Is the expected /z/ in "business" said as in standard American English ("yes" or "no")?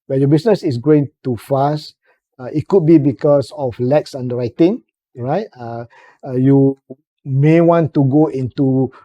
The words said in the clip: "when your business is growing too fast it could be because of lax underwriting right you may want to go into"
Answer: no